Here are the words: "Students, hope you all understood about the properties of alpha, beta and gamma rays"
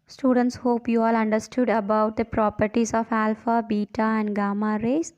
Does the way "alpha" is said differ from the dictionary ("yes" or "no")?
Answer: no